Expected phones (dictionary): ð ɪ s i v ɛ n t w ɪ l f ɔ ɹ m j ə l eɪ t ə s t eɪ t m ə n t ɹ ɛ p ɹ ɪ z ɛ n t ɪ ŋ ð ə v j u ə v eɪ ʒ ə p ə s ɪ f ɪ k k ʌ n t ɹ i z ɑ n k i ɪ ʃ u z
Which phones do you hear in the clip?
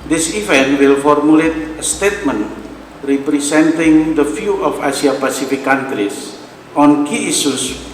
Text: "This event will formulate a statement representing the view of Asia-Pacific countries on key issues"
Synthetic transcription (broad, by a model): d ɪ s i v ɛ n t w ɪ l f ɔ ɹ m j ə l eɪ t ə s t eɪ t m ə n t ɹ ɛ p ɹ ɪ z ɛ n t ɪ ŋ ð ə f j u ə f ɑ s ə p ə s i f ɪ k k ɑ n t ɹ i s ɑ n k i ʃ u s